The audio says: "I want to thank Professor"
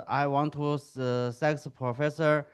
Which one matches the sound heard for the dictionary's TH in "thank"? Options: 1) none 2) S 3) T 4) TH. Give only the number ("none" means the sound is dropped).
2